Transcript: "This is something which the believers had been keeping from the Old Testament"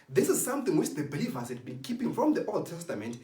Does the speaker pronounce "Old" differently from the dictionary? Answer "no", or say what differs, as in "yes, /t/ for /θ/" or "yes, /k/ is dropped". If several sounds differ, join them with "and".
no